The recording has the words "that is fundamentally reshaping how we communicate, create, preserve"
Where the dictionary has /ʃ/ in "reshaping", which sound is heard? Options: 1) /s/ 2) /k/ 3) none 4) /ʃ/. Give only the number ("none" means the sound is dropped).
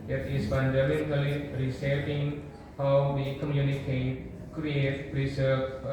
1